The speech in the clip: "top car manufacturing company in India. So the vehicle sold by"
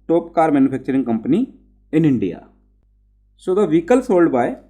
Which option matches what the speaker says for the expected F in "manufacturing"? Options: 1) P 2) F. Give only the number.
1